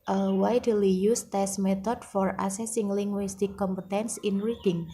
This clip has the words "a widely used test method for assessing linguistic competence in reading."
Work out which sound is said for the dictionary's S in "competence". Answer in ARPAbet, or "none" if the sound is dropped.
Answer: S